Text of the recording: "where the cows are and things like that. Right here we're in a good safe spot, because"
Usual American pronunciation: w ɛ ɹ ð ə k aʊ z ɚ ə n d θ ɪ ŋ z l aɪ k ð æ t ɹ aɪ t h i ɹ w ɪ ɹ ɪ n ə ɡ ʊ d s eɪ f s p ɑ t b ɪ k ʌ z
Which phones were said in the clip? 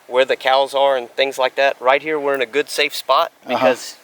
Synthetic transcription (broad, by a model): w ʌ ɹ ð ə k aʊ z ɚ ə n θ ɪ ŋ z l aɪ k ð æ t ɹ aɪ t h i ɹ w ɪ ɹ ɪ n ə ɡ ʊ d s eɪ f s p ɑ t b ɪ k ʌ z